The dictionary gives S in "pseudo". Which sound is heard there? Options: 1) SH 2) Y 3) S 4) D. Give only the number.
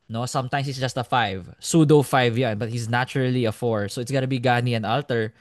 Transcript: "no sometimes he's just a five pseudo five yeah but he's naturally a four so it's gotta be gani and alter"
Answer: 3